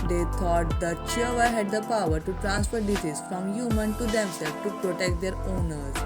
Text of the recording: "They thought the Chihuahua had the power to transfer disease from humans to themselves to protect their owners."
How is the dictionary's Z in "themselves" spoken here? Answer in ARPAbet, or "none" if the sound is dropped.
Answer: none